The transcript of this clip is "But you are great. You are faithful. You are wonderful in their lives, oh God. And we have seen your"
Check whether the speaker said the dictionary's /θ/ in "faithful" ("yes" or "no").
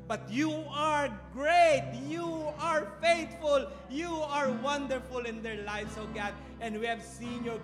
no